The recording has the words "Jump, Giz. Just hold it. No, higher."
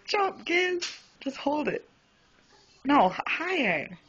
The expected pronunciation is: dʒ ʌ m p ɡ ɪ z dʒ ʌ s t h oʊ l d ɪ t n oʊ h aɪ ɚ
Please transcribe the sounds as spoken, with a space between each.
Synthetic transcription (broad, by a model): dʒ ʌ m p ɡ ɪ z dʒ ʌ s t h oʊ l d ɪ t n oʊ h aɪ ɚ